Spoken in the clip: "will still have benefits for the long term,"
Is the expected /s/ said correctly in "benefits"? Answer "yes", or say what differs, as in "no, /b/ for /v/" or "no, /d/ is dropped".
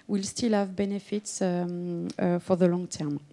yes